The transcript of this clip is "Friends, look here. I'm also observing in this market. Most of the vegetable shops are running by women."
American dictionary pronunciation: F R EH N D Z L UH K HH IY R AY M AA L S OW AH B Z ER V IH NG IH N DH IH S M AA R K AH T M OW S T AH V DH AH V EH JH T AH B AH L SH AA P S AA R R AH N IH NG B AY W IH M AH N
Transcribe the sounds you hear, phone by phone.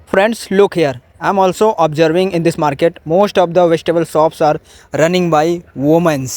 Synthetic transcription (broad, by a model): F R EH N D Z L UH K HH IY R AY M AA L S OW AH B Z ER V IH NG IH N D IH S M AA R K AH T M OW S T AH V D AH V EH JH T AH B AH L S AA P S AA R R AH N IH NG B AY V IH M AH N